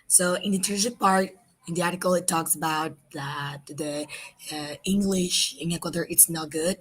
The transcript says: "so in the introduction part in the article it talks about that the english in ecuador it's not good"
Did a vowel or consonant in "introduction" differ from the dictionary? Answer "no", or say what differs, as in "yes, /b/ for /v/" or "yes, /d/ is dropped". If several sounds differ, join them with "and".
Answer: yes, /n/ is dropped and /ɹ/ is dropped